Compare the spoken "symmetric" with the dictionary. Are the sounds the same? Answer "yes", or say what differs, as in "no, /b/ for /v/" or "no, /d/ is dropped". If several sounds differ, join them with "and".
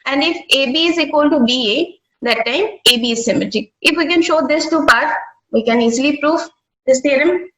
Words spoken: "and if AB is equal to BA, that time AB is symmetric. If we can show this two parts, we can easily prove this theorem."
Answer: no, /ɹ/ is dropped